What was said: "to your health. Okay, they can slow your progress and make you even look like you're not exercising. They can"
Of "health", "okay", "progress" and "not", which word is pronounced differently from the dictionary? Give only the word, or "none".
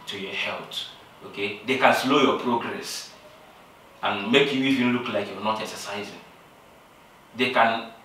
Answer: health